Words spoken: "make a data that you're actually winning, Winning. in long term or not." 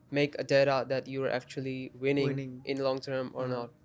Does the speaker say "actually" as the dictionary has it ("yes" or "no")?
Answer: no